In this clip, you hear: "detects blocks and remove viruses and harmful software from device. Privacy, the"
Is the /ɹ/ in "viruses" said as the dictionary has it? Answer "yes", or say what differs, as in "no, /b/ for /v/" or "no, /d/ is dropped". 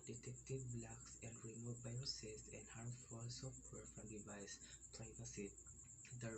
no, /ɹ/ is dropped